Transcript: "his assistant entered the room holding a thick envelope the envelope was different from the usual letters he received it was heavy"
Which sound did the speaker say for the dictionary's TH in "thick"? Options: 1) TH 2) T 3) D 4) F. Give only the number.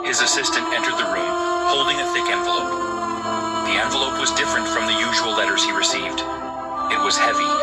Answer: 1